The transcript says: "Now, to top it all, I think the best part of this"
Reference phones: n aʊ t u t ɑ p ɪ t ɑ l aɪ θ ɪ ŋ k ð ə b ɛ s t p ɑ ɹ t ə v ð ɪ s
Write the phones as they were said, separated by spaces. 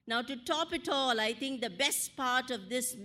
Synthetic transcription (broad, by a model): n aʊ t u t ɑ p ɪ t ɑ l aɪ t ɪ ŋ k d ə b ɛ s t p ɑ ɹ t ə v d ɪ s